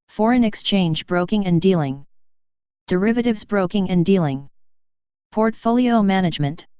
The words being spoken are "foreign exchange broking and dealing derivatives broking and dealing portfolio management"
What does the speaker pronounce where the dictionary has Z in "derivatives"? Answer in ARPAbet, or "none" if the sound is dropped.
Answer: Z